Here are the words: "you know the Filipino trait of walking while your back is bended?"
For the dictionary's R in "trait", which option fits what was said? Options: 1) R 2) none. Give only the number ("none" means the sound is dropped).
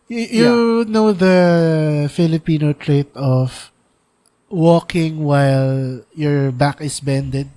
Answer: 1